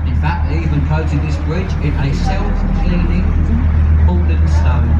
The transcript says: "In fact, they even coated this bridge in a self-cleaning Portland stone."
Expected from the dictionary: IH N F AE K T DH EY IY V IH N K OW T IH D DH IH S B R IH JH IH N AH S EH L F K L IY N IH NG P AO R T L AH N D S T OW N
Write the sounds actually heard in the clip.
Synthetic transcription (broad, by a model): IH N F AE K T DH IY V IH N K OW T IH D DH IH S B R IH JH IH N AH S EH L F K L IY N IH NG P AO L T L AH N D S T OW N